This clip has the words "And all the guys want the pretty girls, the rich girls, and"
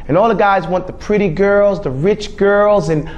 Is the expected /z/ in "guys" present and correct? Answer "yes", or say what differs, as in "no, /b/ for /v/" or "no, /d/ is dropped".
yes